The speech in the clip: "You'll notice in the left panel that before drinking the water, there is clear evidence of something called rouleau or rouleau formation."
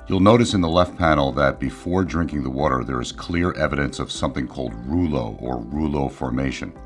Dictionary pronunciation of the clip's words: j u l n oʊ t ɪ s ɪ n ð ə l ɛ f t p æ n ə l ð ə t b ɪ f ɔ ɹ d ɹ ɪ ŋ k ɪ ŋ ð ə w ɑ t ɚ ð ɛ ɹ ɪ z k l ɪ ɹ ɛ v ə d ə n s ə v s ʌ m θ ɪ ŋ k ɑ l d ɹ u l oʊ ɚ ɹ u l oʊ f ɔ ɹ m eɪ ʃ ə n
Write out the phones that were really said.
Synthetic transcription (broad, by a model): j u l n oʊ t ɪ s ɪ n ð ə l ɛ f t p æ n l ð ə t b ɪ f ɔ ɹ d ɹ ɪ ŋ k ɪ ŋ ð ə w ɑ t ɚ ð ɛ ɹ ɪ z k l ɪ ɹ ɛ v ə d ə n s ə v s ʌ m θ ɪ ŋ k ɑ l d ɹ u l oʊ ɚ ɹ u l oʊ f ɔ ɹ m eɪ ʃ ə n